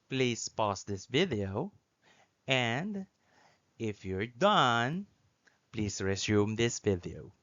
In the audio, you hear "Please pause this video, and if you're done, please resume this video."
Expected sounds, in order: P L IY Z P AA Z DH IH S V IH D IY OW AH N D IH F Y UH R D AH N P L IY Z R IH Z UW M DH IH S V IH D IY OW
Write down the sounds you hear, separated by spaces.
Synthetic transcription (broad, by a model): P L IY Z P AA S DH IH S V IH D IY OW AH N D IH F Y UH R D AH N P L IY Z R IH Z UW M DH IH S V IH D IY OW